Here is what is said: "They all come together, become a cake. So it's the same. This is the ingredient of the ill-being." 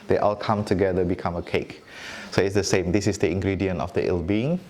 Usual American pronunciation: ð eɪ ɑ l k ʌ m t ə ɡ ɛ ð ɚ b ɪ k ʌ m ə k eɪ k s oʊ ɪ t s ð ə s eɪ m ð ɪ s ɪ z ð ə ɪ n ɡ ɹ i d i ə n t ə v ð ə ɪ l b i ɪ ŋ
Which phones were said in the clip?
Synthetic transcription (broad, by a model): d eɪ ɑ l k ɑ m t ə ɡ ɛ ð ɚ b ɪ k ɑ m ə k eɪ k s oʊ ɪ t s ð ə s eɪ m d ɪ s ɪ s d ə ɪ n ɡ ɹ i d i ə n ə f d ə ɪ l b i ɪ ŋ